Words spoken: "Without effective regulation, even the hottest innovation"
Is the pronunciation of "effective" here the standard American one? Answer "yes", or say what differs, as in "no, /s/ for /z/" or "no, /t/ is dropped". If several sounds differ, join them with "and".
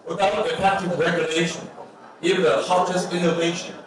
no, /p/ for /f/